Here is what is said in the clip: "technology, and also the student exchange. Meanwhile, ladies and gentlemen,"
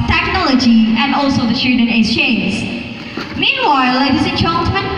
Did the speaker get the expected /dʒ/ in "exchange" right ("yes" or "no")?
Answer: no